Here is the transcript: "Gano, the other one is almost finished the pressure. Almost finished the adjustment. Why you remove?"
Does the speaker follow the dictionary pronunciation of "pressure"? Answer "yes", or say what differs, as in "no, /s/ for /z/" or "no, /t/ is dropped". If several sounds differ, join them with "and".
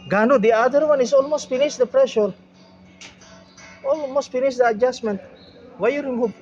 yes